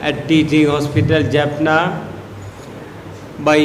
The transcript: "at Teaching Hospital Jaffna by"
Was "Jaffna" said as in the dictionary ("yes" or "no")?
no